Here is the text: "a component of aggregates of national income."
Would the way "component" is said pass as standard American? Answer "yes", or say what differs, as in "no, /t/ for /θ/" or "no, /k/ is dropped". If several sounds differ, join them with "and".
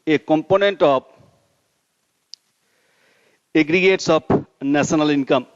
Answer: yes